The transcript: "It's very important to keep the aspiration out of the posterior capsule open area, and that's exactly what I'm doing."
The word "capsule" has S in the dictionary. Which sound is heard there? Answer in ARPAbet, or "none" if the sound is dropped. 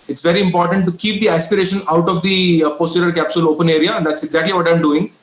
S